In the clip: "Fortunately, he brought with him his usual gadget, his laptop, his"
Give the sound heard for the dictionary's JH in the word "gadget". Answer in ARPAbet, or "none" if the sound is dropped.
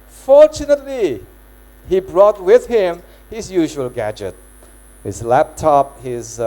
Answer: JH